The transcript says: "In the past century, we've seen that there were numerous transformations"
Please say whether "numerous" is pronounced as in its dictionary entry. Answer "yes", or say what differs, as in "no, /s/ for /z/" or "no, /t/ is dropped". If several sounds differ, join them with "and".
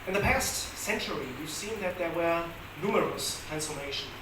yes